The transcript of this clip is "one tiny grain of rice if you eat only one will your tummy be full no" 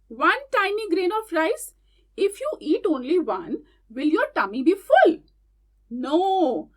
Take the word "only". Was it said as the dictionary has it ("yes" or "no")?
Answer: yes